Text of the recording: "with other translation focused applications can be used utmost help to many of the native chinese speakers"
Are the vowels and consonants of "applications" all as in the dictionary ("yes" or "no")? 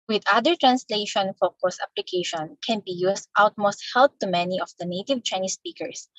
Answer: no